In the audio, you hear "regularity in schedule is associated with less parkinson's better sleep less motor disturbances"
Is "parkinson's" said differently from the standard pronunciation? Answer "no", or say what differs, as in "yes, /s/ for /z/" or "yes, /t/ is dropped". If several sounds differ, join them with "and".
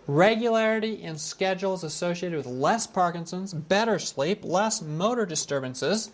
no